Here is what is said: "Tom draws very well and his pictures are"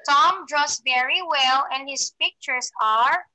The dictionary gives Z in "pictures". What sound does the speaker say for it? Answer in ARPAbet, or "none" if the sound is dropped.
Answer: S